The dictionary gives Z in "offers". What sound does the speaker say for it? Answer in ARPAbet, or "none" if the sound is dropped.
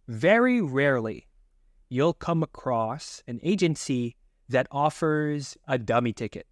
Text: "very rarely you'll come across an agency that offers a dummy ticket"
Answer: Z